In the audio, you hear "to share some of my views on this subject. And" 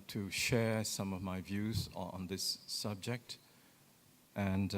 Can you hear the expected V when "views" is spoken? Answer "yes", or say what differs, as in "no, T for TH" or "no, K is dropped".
yes